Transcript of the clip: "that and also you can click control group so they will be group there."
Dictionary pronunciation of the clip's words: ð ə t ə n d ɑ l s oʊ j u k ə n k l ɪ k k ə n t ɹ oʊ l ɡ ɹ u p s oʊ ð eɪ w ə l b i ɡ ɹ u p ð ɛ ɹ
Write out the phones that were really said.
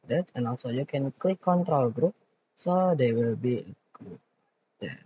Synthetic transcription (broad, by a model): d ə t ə n ɑ l s oʊ j u k ə n k l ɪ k k ə n t ɹ oʊ l ɡ ɹ u p s oʊ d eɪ w ə l b i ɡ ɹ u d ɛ